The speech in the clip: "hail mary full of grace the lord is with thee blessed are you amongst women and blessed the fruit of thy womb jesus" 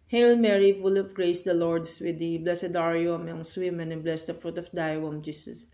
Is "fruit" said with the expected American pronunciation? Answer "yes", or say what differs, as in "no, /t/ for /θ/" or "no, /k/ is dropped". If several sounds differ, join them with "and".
yes